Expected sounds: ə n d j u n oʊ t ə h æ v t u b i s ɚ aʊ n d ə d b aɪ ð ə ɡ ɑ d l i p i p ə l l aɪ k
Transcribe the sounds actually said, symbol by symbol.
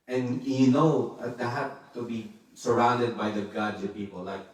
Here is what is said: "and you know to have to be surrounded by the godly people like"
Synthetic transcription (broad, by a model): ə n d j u n oʊ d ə h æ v t u b i s ɚ aʊ n d ə d b aɪ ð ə ɡ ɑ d i p i p ə l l aɪ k